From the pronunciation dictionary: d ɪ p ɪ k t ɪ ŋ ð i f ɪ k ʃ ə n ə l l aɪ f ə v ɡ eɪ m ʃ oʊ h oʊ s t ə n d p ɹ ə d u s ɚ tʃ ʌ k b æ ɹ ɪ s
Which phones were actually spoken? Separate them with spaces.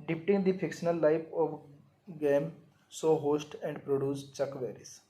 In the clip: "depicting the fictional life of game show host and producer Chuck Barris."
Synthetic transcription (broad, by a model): d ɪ p t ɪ ŋ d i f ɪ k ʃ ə n ə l l aɪ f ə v ɡ eɪ m s oʊ h oʊ s t ə n d p ɹ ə d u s tʃ ʌ k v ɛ ɹ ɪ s